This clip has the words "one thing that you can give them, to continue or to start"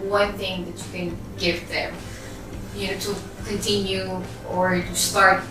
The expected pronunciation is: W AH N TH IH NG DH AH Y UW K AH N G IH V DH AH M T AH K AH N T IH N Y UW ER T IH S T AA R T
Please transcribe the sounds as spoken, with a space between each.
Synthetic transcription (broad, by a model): W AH N TH IH NG DH AH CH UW K AH N G IH V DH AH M T AH K AH N T IH N Y UW ER T IH S T AA R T